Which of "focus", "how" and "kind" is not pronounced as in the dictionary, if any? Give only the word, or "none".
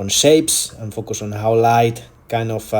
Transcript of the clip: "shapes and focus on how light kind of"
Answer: kind